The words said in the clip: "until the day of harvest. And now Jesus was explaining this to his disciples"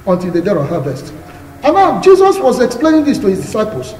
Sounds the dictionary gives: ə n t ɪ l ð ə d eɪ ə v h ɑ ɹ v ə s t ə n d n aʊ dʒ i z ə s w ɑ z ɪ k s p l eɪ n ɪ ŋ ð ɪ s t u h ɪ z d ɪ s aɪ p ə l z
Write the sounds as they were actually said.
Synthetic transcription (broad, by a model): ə n t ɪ l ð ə d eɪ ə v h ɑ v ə s t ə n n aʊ dʒ i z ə s w ɑ z ɪ k s p l eɪ n ɪ ŋ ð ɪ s t u h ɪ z d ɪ s aɪ p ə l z